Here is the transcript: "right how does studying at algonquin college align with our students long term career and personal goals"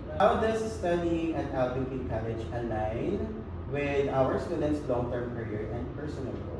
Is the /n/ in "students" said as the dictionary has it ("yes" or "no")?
yes